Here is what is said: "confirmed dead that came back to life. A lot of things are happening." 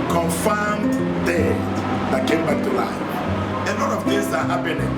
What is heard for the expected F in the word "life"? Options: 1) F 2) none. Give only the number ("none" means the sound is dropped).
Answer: 2